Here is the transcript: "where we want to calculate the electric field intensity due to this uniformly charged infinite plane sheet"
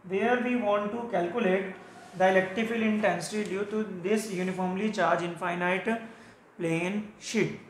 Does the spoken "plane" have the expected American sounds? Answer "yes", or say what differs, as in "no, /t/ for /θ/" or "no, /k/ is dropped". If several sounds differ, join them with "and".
yes